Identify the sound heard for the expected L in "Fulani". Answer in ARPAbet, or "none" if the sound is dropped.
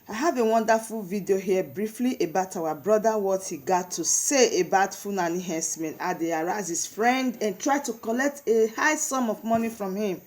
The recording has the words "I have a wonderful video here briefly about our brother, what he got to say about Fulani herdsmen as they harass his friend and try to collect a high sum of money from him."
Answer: N